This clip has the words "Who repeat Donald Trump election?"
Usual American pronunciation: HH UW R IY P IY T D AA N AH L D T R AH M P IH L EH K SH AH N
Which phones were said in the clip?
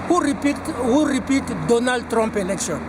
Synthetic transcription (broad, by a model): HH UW R IY P IY T D AA N AH L D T R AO M P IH L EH K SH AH N